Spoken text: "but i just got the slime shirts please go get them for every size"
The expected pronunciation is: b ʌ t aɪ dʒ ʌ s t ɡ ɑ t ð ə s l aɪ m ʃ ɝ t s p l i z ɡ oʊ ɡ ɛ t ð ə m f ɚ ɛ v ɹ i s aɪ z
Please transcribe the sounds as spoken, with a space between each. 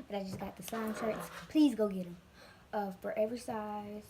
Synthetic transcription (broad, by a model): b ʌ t aɪ dʒ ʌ s ɡ ɑ t ð ə s aɪ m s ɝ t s p l i z ɡ oʊ ɡ ɛ t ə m f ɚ ɛ v ɹ i s aɪ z